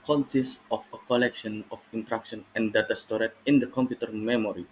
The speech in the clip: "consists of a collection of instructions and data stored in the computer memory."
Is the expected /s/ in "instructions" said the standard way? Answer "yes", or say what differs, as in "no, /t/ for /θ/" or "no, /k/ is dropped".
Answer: no, /s/ is dropped